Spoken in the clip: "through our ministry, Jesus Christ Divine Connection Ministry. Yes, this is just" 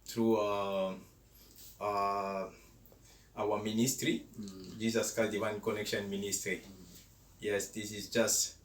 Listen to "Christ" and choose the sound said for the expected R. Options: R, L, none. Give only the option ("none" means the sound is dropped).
none